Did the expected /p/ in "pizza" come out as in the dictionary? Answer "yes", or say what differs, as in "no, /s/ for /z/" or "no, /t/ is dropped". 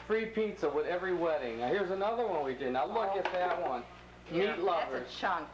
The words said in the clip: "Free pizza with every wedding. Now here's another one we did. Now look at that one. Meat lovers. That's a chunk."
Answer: yes